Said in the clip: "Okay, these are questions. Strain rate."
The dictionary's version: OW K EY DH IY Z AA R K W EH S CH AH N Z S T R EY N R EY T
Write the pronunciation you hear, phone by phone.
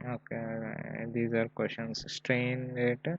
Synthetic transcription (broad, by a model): OW K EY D IY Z AA R K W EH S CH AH N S S T R EY N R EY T